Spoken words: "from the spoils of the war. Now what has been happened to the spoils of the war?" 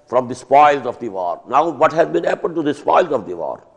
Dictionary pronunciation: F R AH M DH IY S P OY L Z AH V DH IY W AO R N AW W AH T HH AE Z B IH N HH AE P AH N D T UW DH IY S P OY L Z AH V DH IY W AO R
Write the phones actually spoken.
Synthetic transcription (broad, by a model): F R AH M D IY S P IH L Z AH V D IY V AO R N AW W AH T HH AE Z B IH N HH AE P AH N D T UW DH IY S P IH L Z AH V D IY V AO R